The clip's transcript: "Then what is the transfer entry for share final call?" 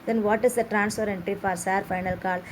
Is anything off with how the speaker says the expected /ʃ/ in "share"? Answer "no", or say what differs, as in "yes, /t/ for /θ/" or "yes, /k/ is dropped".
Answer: yes, /s/ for /ʃ/